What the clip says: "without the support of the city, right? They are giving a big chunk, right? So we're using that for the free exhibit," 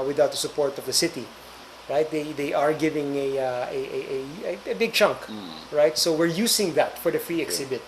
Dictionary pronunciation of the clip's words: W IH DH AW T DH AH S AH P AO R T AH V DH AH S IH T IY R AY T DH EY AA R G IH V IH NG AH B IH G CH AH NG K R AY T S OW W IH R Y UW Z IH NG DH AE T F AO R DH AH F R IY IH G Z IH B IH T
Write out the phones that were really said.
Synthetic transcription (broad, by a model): W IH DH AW T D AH S AH P AO R T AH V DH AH S IH T IY R AY T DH EY AA R G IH V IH NG AH B IH G CH AH NG K R AY T S OW W IH R Y UW S IH NG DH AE T F AO R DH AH F R IY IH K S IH B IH T